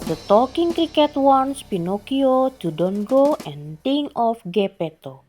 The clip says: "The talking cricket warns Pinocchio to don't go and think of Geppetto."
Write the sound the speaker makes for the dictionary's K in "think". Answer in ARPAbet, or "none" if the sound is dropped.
none